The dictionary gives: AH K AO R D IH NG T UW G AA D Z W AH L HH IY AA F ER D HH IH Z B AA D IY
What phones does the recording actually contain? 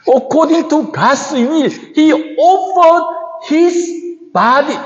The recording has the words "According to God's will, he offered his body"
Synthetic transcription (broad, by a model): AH K AO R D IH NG T UW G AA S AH N HH IY AA F ER D HH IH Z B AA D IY